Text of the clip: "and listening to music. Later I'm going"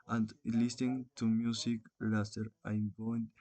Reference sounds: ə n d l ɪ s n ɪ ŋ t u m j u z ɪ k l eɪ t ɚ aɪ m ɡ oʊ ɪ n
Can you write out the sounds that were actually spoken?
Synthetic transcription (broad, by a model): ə n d l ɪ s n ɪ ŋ t u m j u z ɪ k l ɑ s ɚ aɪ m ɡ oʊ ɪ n